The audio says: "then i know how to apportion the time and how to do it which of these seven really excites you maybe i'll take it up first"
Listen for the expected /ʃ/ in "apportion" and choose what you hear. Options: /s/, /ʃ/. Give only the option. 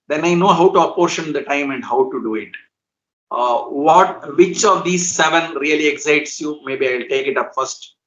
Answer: /ʃ/